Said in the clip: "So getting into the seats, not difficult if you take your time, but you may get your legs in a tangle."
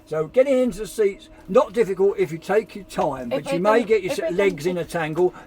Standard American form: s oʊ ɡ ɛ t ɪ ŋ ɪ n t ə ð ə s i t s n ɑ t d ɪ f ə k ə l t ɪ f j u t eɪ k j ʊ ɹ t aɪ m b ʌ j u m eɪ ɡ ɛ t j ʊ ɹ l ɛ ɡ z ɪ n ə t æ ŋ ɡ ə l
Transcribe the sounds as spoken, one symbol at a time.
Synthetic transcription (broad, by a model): s oʊ ɡ ɛ t ɪ ŋ ɪ n t ə ð ə s i t s n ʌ t d ɪ f ə k ə l t ɪ f j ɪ t eɪ k j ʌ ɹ t aɪ m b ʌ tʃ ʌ m eɪ ɡ ɛ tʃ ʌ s l ɛ ɡ z ɪ n ə t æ ŋ ɡ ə l